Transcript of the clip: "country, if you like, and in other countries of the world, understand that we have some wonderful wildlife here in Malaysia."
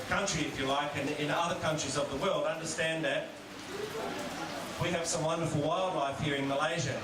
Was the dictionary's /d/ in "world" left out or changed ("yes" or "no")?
no